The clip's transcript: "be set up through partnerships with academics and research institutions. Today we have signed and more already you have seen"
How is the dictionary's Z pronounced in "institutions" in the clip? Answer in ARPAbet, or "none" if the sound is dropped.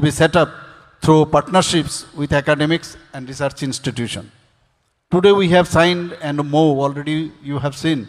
none